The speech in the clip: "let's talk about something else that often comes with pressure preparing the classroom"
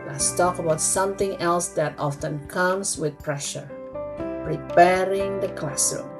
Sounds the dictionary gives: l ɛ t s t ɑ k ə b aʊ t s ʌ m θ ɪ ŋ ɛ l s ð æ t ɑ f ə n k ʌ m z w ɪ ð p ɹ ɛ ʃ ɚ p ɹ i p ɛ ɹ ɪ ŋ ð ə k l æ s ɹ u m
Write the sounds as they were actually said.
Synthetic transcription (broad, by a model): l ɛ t s t ɑ k ə b aʊ t s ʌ m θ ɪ ŋ ɛ l s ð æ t ɑ f ə n k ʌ m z w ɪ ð p ɹ ɛ ʃ ɚ p ɹ i p ɛ ɹ ɪ ŋ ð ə k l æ s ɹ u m